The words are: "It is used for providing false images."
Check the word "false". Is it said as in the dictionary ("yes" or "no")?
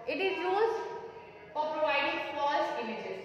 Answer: no